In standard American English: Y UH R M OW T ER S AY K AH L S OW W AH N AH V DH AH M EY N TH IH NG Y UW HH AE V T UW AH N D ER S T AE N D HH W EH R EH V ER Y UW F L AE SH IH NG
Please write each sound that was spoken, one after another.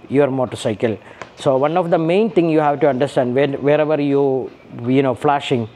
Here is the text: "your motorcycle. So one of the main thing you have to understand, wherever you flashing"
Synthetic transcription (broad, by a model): Y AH R M OW T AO S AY K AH L S OW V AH N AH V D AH M EY N T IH NG Y UW HH AE V T UW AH N D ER S T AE N D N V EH R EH V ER Y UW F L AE SH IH NG